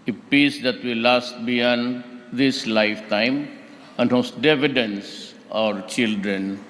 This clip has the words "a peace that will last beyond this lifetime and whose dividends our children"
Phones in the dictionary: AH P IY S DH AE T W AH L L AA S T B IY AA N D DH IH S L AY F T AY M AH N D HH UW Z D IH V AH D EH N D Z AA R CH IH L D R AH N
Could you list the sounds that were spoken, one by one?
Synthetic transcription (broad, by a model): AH P IY S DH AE T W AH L L AA S T B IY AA N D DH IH S L AY F T AY M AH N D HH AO S D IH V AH D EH N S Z AA R CH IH L D R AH N